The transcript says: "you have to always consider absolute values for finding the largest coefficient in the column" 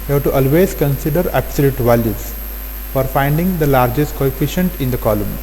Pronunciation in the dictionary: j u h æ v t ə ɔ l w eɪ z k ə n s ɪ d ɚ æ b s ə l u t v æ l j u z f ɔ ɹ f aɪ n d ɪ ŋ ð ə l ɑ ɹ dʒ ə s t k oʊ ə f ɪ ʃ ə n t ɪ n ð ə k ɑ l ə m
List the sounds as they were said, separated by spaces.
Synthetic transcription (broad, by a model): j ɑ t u t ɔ l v eɪ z k ə n s ɪ d ɚ æ b s ə l u t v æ l j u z f ɔ ɹ f aɪ n d ɪ ŋ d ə l ɑ ɹ dʒ ə s t k oʊ ə f ɪ ʃ ə n t ɪ n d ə k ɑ l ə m